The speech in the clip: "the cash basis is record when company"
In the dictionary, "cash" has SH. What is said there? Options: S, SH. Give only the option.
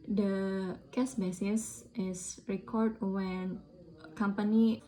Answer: S